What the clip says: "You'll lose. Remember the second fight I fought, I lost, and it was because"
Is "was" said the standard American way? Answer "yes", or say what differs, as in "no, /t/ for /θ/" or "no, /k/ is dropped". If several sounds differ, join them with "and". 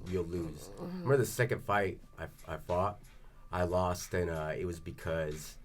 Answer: yes